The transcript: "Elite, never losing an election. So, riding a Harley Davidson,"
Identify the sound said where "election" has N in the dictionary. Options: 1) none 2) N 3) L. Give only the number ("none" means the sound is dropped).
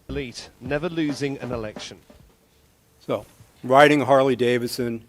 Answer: 2